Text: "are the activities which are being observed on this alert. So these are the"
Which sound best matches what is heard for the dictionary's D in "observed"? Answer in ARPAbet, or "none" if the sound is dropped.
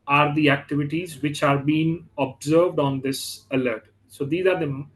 D